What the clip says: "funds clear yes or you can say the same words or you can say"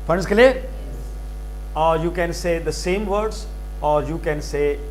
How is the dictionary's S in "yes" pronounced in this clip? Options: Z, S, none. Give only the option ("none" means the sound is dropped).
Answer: none